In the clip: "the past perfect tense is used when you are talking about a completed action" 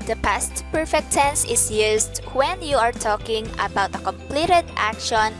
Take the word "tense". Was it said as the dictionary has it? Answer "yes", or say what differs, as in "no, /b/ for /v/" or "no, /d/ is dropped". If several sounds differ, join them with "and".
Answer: yes